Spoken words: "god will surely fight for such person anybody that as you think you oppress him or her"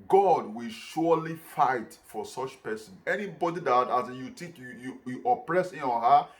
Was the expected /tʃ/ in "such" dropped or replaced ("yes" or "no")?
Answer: no